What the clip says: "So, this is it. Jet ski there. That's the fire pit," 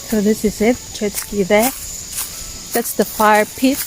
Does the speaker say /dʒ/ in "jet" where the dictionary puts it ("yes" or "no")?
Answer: no